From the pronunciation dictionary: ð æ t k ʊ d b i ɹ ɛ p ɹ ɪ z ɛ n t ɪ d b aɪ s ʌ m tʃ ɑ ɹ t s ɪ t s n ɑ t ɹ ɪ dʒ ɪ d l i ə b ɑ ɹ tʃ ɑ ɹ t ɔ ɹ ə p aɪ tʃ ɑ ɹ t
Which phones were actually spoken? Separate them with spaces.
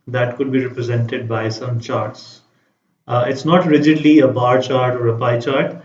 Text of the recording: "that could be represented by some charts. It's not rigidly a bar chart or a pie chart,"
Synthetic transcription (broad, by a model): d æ t k ʊ d b i ɹ ɛ p ɹ ɪ z ɛ n t ɪ d b aɪ s ʌ m tʃ ɑ ɹ t s ɪ t s n ɑ t ɹ ɪ dʒ ɪ d l i ə b ɑ ɹ tʃ ɑ ɹ t ɔ ɹ ə p aɪ tʃ ɑ ɹ t